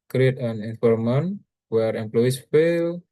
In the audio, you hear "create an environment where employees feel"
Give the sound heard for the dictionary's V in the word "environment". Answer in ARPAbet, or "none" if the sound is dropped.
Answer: F